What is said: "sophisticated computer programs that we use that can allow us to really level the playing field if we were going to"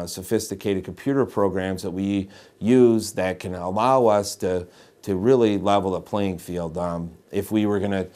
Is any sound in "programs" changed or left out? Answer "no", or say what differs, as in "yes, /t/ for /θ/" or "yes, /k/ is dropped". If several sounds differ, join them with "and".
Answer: no